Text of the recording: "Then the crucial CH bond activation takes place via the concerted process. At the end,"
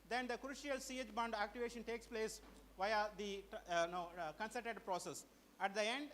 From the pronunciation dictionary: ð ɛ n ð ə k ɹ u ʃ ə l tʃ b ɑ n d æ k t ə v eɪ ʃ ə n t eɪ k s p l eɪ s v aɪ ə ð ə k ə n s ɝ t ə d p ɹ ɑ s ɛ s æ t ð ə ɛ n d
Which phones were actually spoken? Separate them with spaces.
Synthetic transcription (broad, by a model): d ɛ n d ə k ɹ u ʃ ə l s b ɑ n d æ k t ə v eɪ ʃ ə n t eɪ k s p l eɪ s v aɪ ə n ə k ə n s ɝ t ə d p ɹ ɑ s ɛ s æ t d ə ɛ n d